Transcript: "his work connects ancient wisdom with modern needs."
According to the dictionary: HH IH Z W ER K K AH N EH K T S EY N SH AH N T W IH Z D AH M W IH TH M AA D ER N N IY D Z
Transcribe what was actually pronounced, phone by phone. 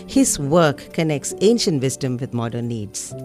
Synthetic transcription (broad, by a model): HH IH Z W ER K K AH N EH K T S EY N SH AH N T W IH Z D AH M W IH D M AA D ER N N IY D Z